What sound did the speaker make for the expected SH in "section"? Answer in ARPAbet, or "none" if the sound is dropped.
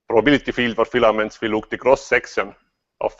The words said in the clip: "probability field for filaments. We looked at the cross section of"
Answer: S